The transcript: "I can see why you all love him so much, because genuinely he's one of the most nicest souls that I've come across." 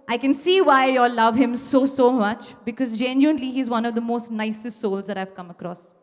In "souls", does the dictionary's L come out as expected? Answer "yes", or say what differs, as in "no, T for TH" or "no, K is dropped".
yes